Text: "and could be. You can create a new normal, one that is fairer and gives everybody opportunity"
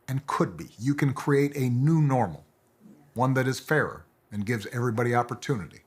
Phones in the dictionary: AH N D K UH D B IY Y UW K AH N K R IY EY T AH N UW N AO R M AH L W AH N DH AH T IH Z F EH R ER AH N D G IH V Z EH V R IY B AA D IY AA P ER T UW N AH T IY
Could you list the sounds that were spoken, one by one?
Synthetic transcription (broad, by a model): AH N K UH D B IY Y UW K AH N K R IY EY T AH N UW N AO R M L W AH N DH AH T IH Z F EH R ER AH N G IH V Z EH V R IY B AA D IY AA P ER T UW N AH T IY